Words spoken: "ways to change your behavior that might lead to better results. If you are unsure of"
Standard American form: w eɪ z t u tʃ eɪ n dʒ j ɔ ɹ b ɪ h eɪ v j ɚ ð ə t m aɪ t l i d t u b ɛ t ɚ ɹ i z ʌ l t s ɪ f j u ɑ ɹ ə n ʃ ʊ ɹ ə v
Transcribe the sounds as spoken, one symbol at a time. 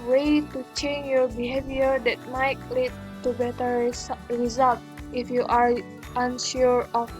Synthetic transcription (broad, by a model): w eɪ t u tʃ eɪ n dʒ j ɔ ɹ b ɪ h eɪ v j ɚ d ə t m aɪ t l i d t u b ɛ t ɚ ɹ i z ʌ l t ɪ f j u ɑ ɹ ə n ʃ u ɹ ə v